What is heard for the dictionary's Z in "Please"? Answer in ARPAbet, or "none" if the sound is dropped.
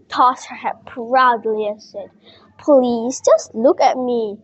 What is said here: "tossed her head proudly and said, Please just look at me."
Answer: S